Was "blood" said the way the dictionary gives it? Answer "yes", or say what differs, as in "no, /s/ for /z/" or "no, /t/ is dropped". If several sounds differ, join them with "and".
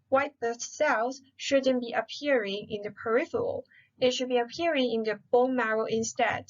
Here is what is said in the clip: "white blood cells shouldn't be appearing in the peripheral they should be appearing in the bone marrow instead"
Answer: no, /l/ is dropped